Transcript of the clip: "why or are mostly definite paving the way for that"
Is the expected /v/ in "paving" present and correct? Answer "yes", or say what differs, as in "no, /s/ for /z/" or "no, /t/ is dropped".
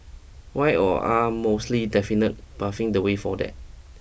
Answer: no, /f/ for /v/